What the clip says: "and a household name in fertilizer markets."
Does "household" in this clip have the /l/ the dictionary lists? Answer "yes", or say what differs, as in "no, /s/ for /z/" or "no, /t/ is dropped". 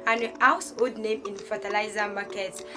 no, /l/ is dropped